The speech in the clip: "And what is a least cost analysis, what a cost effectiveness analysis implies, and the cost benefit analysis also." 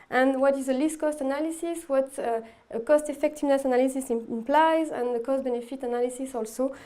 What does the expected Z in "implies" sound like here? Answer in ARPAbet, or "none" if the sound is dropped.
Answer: Z